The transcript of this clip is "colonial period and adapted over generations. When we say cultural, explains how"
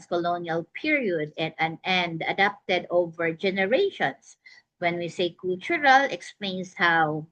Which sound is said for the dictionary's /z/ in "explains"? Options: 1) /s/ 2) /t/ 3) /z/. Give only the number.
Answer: 1